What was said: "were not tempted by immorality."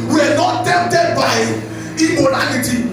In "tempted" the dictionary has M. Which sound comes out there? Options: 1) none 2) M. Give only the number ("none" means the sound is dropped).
1